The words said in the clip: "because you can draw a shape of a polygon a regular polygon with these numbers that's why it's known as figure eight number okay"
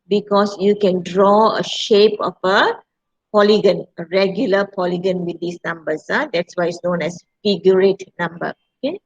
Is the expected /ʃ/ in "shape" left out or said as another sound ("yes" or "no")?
no